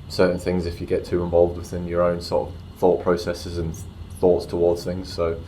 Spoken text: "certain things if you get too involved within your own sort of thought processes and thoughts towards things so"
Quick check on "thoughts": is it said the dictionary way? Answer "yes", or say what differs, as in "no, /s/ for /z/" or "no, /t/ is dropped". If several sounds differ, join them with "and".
yes